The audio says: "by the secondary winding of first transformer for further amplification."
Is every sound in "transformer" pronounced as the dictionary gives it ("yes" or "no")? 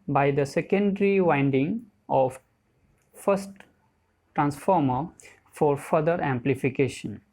yes